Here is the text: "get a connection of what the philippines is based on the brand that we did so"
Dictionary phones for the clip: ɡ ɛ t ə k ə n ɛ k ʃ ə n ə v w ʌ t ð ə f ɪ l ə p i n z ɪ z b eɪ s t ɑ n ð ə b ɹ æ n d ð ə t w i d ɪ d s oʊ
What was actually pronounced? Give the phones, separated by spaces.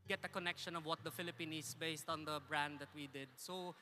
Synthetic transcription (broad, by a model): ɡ ɛ t ə k ə n ɛ k ʃ ə n ə v w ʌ t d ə f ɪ l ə p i n ɪ s b eɪ s t ɑ n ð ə b ɹ æ n d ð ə t w i d ɪ d s oʊ